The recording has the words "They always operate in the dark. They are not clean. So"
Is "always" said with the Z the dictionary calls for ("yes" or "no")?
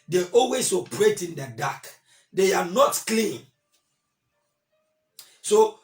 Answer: no